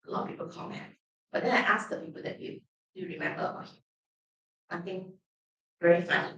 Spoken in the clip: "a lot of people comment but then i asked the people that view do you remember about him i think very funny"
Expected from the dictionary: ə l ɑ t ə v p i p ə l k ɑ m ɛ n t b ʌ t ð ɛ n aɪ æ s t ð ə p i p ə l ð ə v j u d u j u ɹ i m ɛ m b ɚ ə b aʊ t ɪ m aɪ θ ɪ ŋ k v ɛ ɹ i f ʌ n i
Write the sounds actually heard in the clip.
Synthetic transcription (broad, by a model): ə l ɑ t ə p i p ə l k ɑ m ɛ n t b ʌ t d ɛ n aɪ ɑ s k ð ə p i p ə l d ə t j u d u j u ɹ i m ɛ m b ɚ ə aʊ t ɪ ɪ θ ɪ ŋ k v ɛ ɹ i f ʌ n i